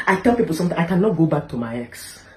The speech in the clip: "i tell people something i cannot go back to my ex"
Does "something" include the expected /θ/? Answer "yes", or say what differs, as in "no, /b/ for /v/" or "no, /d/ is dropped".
no, /t/ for /θ/